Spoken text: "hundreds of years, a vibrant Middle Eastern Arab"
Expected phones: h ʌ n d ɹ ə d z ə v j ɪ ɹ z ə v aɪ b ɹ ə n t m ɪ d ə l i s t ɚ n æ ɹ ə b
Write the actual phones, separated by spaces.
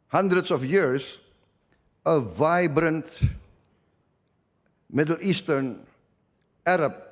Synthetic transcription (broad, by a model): h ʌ n d ɹ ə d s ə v j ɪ ɹ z ə v aɪ b ɹ ə n t m ɪ d ə l i s t ɚ n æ ɹ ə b